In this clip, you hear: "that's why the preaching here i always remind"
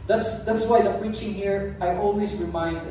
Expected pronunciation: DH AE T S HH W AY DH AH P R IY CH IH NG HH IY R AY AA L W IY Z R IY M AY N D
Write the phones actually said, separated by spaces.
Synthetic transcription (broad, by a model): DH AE T S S W AY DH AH P R IY CH IH NG HH IY R AY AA L W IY S R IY M AY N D